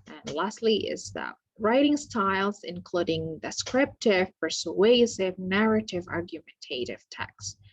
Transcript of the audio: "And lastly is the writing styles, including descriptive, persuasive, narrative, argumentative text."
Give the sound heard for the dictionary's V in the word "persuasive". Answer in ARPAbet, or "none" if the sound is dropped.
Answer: V